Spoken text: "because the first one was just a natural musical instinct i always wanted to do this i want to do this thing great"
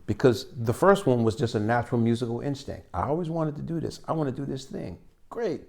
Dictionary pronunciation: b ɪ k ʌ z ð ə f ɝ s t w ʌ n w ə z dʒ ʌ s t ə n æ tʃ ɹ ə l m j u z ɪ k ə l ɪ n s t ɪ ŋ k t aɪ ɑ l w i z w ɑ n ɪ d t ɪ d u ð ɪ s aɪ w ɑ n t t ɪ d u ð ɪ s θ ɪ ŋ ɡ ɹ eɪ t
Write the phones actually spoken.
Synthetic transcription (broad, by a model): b ɪ k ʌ z ð ə f ɝ s t w ʌ n w ə z dʒ ʌ s t ə n æ tʃ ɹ l m j u z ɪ k l ɪ n s t ɪ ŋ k t aɪ ɑ l w i z w ɑ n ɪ d t ɪ d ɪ ð ɪ s aɪ w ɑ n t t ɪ d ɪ ð ɪ s θ ɪ ŋ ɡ ɹ eɪ t